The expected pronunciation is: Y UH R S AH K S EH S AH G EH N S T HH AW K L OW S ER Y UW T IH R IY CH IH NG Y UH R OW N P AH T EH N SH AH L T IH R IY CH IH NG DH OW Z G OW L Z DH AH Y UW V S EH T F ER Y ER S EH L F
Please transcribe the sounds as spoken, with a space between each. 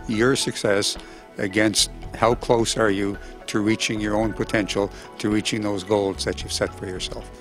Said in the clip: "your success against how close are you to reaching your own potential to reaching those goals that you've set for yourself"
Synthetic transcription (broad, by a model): Y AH R S AH K S EH S AH G EH N S T HH AW K L OW S ER Y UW T IH R IY CH IH NG Y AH R OW N P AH T EH N SH L T IH R IY CH IH NG DH OW Z G OW L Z DH AH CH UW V S EH T F ER Y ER S EH L F